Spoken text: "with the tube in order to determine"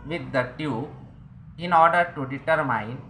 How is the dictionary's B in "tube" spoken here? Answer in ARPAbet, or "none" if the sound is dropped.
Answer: none